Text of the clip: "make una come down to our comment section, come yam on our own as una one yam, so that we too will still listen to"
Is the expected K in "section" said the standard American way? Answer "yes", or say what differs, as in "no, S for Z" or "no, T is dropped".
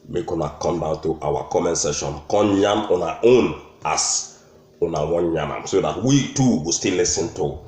no, K is dropped